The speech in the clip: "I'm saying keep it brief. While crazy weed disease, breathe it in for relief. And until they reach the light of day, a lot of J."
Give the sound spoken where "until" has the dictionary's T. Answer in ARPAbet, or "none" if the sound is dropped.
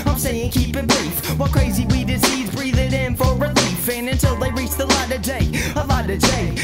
T